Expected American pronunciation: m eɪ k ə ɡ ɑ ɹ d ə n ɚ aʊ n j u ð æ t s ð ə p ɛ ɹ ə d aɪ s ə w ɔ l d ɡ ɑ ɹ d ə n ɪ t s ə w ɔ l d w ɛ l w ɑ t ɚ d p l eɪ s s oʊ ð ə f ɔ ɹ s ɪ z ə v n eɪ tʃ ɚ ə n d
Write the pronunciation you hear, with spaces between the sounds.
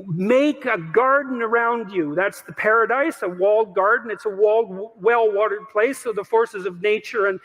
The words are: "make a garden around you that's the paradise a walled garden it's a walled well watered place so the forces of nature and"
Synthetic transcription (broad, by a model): m eɪ k ə ɡ ɑ ɹ d n ɚ aʊ n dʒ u ð æ t s ð ə p ɛ ɹ ə d aɪ s ə w ɔ l d ɡ ɑ ɹ d n ɪ t s ə w ɔ l d w ɛ l w ɑ t ɚ d p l eɪ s s oʊ ð ə f ɔ ɹ s ɪ z ə v n eɪ tʃ ɚ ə n